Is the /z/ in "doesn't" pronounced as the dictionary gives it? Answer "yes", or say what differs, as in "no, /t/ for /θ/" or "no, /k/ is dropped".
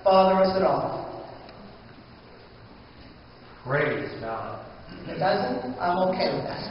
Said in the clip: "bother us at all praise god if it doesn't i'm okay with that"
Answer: yes